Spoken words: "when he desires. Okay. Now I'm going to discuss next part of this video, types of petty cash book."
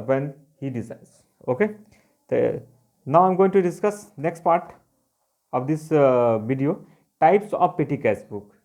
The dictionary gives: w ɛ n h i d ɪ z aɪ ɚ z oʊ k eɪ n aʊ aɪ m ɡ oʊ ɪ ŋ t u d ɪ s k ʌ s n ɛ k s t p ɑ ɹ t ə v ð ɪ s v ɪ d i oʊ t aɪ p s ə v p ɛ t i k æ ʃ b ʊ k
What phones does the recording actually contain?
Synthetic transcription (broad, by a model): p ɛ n h i d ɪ s aɪ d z oʊ k eɪ n aʊ aɪ m ɡ oʊ ɪ ŋ t u d ɪ s k ʌ s n ɛ k s t p ɑ ɹ t ə v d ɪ s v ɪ d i oʊ t aɪ p s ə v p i t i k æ s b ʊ k